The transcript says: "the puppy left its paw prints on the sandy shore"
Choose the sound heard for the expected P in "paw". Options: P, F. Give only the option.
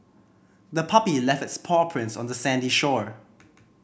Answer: P